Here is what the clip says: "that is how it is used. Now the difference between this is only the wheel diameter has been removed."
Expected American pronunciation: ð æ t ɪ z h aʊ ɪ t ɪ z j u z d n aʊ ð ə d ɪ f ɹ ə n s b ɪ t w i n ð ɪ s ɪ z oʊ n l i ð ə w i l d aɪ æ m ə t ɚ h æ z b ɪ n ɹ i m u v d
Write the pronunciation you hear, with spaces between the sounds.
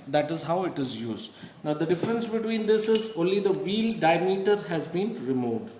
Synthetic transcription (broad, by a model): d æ t ɪ z h aʊ ɪ t ɪ z j u z d n aʊ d ə d ɪ f ɹ ə n s b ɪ t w i n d ɪ s ɪ z oʊ n l i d ə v i l d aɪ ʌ m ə t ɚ h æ z b ɪ n ɹ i m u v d